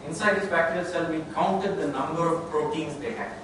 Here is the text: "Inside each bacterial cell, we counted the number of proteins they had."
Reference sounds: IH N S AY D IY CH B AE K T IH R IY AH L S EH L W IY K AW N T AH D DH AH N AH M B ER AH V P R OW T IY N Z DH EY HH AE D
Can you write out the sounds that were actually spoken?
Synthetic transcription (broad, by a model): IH N S AY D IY S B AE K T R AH S EH L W IY K AW N T AH D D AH N AH M B ER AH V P R OW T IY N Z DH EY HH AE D